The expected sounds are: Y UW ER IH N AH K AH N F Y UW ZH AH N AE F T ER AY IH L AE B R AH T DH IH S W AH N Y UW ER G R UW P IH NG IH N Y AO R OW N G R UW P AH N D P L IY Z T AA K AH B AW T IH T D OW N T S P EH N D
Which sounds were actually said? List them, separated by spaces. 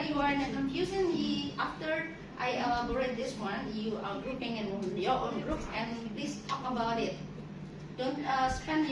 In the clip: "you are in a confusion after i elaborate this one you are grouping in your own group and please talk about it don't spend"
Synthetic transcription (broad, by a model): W ER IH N AH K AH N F Y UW S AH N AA F T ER AY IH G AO R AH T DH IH S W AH N Y UW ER G R UW P IH NG IH N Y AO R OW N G R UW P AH N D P L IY S T AA K AH B AW T IH T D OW N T S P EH N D